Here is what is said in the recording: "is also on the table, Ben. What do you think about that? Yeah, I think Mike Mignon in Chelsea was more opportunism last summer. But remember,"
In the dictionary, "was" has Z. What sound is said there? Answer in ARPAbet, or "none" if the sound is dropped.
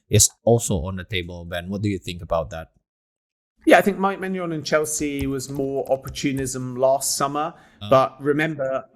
Z